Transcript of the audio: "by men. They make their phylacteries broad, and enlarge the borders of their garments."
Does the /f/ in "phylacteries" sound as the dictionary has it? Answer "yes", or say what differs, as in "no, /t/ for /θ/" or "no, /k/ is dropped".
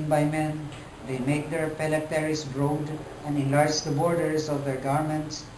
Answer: no, /p/ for /f/